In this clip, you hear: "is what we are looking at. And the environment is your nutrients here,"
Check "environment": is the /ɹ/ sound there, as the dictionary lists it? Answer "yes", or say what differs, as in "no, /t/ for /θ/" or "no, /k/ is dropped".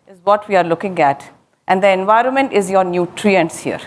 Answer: yes